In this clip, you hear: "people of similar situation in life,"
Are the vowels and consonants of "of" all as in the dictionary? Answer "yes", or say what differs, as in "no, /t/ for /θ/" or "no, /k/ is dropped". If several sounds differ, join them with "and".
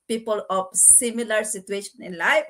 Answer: no, /p/ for /v/